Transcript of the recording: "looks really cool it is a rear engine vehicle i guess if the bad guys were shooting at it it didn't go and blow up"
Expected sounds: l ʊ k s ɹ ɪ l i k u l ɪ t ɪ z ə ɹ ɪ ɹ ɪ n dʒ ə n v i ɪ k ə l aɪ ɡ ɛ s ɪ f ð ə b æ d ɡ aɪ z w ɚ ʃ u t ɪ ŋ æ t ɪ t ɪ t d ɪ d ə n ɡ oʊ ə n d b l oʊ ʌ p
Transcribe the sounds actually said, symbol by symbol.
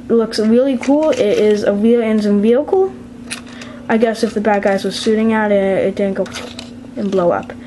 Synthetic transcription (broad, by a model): l ʊ k s ɹ ɪ l i k u l ɪ t ɪ z ə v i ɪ n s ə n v i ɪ k l aɪ ɡ ɛ s ɪ f ð ə b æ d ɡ aɪ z w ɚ s u t ɪ ŋ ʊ t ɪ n ɪ t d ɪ d n ɡ oʊ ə n b l oʊ ʌ p